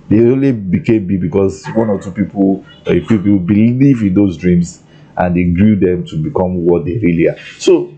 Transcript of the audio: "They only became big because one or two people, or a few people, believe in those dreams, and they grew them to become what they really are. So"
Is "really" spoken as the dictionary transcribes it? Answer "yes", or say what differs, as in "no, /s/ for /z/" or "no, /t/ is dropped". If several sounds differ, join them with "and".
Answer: yes